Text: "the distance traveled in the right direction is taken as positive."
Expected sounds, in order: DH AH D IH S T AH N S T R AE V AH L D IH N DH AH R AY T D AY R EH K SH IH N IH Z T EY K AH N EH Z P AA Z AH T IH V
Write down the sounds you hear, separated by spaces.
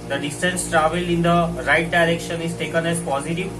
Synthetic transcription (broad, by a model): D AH D IH S T AH N S T R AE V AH L IH N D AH R AY T D AY R EH K SH IH N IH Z T EY K AH N EH Z P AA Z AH T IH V